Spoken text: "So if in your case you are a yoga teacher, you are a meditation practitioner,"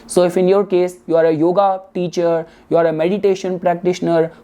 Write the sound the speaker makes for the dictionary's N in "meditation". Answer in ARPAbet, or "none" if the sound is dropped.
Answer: N